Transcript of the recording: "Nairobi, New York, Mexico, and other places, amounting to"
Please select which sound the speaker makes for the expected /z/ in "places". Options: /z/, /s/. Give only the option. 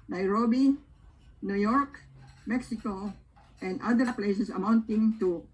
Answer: /s/